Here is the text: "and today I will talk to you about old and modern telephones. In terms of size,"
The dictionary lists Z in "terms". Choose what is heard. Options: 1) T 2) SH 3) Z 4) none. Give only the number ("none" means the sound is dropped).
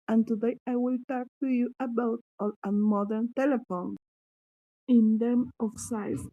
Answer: 4